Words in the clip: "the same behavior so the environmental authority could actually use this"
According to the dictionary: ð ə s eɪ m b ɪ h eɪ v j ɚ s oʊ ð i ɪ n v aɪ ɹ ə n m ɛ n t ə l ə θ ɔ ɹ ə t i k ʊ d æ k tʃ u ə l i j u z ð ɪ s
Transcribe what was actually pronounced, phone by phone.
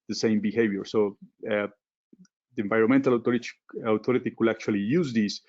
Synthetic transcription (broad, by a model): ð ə s eɪ m b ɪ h eɪ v j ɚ s oʊ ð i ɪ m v aɪ ɹ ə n m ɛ n t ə l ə t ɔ ɹ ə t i k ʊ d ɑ k tʃ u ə l i j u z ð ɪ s